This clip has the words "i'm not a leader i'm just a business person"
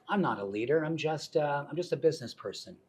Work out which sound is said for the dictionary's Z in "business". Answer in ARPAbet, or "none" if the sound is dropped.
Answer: Z